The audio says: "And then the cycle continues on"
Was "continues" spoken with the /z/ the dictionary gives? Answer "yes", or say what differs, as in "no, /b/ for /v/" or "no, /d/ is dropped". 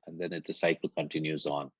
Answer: yes